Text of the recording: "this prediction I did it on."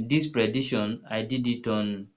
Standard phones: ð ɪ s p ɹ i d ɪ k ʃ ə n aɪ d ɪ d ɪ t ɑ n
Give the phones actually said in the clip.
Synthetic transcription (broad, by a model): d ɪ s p ɹ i d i ʃ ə n aɪ d ɪ d ɪ t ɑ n